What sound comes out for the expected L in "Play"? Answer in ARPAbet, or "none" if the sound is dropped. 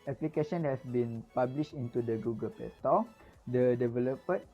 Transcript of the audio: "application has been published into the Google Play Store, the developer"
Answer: none